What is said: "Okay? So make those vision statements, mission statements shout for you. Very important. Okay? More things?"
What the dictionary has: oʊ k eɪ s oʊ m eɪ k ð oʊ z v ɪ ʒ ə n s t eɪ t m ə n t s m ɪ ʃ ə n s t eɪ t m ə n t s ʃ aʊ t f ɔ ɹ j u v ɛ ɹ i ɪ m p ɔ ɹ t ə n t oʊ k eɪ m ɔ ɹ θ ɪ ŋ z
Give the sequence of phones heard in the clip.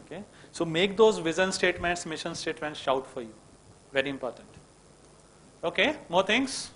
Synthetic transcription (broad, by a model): k eɪ s oʊ m eɪ k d oʊ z v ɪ z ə n s t eɪ t m ə n t s m ɪ ʃ ə n s t eɪ t m ə n t s ʃ aʊ t f ɔ ɹ j u v ɛ ɹ i ɪ m p ɔ ɹ t ə n t oʊ k eɪ m ɔ ɹ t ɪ ŋ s